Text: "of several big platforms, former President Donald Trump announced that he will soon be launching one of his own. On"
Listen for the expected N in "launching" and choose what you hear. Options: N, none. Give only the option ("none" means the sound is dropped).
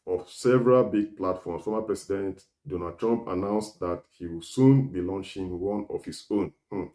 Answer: N